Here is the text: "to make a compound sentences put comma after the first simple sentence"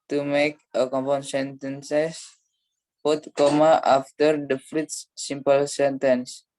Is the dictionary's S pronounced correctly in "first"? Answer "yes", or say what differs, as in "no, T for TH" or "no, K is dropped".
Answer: no, S is dropped